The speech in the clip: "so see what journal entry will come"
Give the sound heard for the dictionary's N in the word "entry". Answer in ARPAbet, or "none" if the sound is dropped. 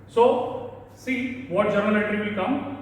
none